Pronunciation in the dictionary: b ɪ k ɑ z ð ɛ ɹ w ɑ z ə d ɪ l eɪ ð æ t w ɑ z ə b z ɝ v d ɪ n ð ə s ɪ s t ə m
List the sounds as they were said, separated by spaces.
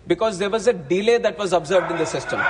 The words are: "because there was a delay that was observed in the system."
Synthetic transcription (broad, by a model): b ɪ k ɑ z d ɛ ɹ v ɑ z ə d ɪ l eɪ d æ t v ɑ z ə b z ɝ v d ɪ n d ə s ɪ s t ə m